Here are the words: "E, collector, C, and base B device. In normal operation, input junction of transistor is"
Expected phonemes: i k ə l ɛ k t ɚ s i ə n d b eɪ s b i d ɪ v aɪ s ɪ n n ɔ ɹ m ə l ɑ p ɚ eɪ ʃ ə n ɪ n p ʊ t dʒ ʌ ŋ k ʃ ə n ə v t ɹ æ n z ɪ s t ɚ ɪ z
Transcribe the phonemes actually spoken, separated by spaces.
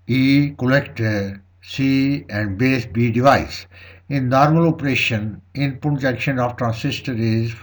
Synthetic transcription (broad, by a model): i k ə l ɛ k t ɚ s i ə n d b eɪ s b i d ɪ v aɪ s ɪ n n ɔ ɹ m ə l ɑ p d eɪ ʃ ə n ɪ n p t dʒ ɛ k ʃ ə n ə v t ɹ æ n s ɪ s t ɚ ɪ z